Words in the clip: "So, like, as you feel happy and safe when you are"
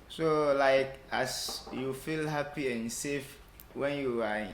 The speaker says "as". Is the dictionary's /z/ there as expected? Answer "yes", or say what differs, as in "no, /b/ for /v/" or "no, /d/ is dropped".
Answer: no, /s/ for /z/